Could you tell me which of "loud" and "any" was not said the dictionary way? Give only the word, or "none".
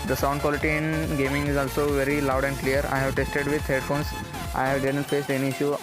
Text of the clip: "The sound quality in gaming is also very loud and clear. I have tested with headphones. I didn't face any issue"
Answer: none